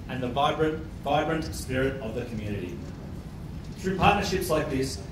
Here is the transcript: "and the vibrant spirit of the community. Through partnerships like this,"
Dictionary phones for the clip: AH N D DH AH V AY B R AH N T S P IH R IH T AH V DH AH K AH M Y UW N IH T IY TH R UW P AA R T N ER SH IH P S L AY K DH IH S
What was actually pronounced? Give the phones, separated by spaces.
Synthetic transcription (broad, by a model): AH N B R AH V AY B R AH N T S P IH R IH T AH V DH AH K AH M Y UW N IH T IY TH R UW P AA R T N ER SH IH P S L AY K DH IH S